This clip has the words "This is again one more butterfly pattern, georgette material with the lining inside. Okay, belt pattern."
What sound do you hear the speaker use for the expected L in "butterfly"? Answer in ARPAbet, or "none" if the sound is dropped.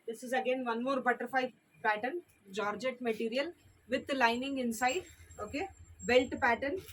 none